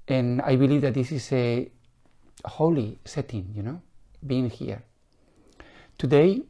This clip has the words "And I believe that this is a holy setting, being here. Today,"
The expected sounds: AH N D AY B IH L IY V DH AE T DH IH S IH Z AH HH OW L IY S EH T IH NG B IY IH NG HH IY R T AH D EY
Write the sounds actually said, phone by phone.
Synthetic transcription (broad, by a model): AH N AY B IH L IY V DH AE T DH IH S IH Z AH HH OW L IY S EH T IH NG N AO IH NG HH IY R T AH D EY